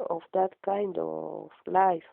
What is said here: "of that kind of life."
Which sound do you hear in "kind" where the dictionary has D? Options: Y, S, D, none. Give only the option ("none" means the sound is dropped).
D